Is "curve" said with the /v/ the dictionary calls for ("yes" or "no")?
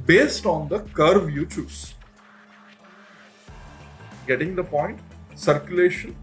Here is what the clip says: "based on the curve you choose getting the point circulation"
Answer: yes